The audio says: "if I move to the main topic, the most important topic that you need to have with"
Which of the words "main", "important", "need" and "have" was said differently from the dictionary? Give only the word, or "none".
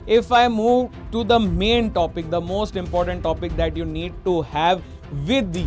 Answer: none